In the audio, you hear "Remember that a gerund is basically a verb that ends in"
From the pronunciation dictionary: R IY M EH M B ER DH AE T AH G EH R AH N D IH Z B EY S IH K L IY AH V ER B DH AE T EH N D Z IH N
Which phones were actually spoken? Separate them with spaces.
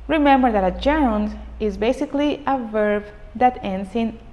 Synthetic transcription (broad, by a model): R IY M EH M B ER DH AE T AH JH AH N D IH Z B EY S IH K L IY AH V ER B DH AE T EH N D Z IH N